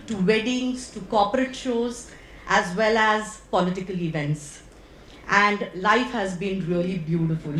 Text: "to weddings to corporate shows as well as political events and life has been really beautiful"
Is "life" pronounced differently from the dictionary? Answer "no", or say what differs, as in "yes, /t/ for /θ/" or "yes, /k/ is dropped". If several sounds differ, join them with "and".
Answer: no